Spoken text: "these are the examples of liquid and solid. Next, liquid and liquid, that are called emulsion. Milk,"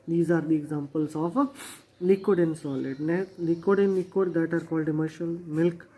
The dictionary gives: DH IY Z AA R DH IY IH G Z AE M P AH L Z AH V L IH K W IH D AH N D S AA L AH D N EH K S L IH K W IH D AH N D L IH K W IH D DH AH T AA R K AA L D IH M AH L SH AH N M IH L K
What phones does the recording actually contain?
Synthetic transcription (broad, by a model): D IY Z AA R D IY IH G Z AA M P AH L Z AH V L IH K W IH D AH N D S AA L AH D N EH L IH K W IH D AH N L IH K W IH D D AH T AA R K AA L D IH M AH SH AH L M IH L K